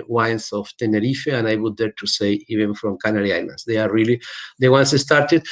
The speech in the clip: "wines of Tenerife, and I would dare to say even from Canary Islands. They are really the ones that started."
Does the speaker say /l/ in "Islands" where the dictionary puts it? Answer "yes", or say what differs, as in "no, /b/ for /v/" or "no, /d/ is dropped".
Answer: no, /n/ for /l/